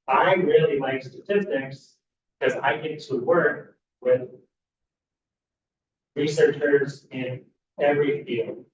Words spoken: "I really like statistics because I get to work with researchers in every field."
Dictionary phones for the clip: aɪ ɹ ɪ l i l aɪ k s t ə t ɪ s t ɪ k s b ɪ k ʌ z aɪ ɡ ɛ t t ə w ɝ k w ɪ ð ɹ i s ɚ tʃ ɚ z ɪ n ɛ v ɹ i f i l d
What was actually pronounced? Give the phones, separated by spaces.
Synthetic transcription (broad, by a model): aɪ ɹ ɪ l i l aɪ k s t ə t ɪ s t ɪ k s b k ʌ z aɪ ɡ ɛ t t ə w ɝ k w ɪ ð ɹ i s ɚ tʃ ɚ z ɪ n ɛ v ɹ i f i l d